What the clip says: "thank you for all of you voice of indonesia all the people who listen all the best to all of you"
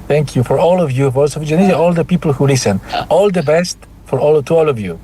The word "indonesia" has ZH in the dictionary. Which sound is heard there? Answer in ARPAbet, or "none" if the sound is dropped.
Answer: Z